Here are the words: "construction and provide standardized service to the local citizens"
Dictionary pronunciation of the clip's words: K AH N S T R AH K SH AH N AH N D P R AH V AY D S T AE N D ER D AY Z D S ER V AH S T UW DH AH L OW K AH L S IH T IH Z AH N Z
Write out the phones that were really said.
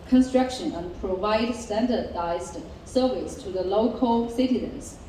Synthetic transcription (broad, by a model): K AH N S T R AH K SH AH N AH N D P R AH V AY D S T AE N D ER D AY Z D S ER V AH S T UW DH AH L OW K AH L S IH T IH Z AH N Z